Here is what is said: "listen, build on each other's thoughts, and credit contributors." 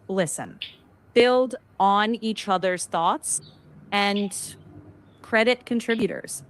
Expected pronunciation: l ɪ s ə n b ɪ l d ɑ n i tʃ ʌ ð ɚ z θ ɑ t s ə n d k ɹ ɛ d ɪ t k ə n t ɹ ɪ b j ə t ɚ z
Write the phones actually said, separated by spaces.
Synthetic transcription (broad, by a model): l ɪ s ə n b ɪ l d n i tʃ ʌ ð ɚ z θ ɑ t s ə n k ɹ ɛ d ɪ t k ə n t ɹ ɪ b j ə t ɚ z